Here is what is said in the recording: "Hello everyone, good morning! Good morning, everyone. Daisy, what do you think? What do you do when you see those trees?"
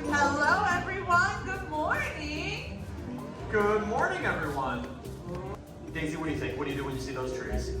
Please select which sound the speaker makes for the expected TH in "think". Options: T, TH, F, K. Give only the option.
T